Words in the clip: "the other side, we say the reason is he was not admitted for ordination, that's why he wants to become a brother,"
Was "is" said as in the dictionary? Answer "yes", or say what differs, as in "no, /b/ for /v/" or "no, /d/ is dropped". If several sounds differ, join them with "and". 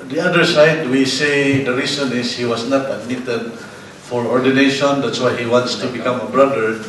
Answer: no, /s/ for /z/